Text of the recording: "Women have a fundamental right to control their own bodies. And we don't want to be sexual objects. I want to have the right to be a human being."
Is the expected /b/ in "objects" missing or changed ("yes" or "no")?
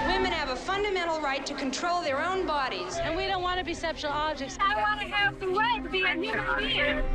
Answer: yes